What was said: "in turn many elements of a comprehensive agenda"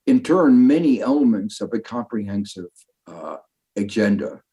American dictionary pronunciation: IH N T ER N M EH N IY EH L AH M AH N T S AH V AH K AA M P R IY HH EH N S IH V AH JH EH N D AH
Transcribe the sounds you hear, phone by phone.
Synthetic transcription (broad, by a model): IH N T ER N M EH N IY EH L AH M AH N T S AH V AH K AA M P R IY HH EH N S IH V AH JH EH N D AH